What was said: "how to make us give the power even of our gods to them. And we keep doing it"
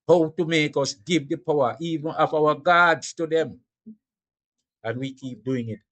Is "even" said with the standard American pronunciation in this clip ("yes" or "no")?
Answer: yes